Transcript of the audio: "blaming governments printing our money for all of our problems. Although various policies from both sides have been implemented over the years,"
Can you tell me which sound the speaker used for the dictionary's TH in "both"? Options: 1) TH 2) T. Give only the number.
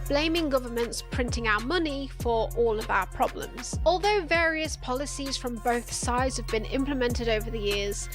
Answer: 1